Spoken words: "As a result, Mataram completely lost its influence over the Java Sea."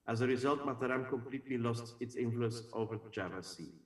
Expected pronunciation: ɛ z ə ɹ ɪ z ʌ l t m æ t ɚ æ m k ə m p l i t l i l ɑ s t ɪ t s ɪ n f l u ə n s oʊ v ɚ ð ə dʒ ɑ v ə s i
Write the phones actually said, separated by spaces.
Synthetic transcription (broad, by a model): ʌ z ə ɹ ɪ z ʌ l t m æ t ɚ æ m k ə m p l i t l i l ɑ s t ɪ t s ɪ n f l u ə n s oʊ v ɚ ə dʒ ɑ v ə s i